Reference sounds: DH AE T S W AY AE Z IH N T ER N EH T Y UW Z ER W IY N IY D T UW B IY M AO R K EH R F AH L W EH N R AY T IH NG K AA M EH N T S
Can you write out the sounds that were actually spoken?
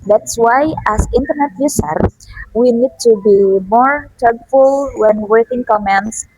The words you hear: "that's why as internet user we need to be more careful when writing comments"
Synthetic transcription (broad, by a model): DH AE T S W AY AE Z IH N T ER N EH T Y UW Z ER W IY N IY D T UW B IY M AO R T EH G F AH L W EH N W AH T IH NG K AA M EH N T S